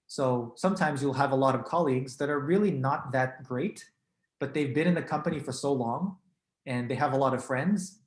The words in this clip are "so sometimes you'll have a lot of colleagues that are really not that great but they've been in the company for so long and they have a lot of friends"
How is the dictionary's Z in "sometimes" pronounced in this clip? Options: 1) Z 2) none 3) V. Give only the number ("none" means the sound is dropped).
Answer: 1